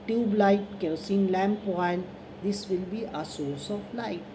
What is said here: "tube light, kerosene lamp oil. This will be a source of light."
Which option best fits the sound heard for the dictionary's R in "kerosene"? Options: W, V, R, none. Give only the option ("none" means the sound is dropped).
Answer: none